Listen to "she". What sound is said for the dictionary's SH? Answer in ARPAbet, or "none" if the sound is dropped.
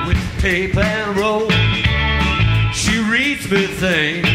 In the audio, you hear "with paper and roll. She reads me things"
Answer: SH